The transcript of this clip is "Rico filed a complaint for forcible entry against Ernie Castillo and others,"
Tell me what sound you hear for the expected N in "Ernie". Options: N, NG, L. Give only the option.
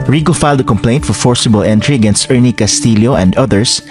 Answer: N